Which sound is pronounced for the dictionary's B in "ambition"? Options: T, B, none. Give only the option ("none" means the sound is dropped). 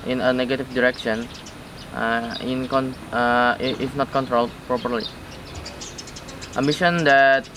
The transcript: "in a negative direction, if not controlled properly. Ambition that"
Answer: none